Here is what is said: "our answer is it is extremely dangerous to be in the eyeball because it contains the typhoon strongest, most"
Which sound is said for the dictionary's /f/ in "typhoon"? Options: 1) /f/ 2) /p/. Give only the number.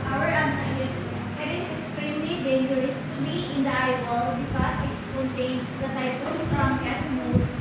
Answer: 2